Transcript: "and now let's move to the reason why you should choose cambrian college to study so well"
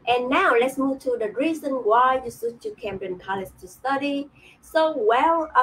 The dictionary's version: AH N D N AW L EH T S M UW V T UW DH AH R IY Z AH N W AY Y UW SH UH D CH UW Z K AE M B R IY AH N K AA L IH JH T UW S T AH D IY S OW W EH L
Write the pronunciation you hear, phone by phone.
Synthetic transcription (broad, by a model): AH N N AW L EH T S M UW V T UW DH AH R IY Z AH N W AY Y UW S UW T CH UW K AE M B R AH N K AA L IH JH T UW S T AH D IY S OW W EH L